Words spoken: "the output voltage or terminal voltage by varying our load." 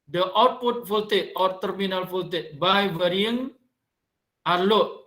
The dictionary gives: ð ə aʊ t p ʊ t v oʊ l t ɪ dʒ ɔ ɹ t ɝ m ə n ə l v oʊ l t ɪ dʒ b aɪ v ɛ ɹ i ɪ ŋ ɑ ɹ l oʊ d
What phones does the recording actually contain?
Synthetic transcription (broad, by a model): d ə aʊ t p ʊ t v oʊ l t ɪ ɔ ɹ t ɝ m ə n ə l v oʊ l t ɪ b aɪ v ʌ ɹ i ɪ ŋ ɑ ɹ l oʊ